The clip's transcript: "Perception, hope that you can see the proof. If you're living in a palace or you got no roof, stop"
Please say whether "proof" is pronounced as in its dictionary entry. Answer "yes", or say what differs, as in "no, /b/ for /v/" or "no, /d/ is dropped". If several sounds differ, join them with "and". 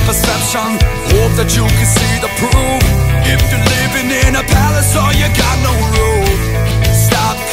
no, /ɹ/ is dropped